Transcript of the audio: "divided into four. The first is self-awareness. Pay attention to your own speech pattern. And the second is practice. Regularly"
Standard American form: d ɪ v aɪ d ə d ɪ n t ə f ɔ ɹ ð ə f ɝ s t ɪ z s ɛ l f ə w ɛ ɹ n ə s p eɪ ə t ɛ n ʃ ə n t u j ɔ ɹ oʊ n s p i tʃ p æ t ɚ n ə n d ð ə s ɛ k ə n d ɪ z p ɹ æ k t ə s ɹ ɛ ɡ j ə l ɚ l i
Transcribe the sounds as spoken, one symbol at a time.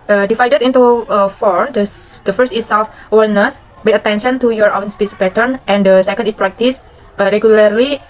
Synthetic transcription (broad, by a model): d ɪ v aɪ d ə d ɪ n t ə f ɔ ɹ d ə f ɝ s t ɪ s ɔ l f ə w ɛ l n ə s b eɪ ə t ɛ n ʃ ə n t u j ɔ ɹ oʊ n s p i s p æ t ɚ n ə n d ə s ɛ k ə n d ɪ s p ɹ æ k t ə s ɹ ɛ ɡ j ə l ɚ l i